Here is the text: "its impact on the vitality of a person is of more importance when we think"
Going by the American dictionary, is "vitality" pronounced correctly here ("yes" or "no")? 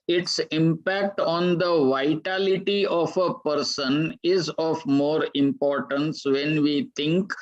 yes